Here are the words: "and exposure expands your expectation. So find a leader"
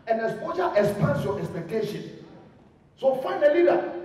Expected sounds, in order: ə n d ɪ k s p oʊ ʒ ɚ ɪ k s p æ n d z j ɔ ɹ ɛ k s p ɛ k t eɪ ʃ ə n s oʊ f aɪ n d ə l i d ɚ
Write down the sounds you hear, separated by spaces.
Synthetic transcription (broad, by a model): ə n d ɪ s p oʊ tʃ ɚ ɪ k s p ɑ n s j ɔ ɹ ɛ k s p ɛ k t eɪ ʃ ə n s oʊ f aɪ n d ə l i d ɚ